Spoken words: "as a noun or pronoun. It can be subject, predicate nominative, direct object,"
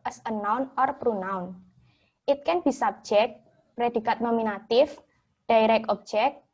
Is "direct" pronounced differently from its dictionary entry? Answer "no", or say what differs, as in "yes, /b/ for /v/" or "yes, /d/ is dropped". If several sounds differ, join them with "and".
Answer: yes, /t/ is dropped